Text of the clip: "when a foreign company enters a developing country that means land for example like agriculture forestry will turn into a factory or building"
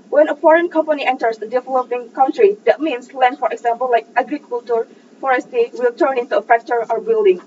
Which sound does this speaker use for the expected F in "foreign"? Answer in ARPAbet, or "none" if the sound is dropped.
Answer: F